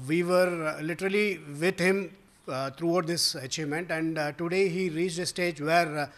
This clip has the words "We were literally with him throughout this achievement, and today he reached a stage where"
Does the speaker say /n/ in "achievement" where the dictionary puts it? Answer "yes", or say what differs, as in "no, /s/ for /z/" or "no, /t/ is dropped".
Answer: yes